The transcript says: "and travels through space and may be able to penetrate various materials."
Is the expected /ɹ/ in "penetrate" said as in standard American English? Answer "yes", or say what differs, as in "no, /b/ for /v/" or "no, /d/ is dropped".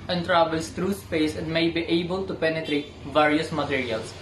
yes